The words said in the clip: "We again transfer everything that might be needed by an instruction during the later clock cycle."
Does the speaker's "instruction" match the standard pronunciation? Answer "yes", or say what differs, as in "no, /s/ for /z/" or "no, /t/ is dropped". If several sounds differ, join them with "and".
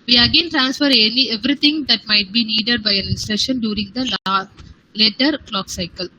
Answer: no, /k/ is dropped